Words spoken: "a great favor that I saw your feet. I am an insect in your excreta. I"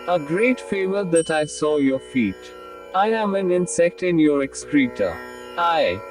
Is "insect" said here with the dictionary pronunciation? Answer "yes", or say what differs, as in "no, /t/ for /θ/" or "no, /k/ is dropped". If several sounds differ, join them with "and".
yes